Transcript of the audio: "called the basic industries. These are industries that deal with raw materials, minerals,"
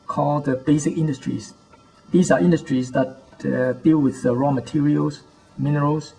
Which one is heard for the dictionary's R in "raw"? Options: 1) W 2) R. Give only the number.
2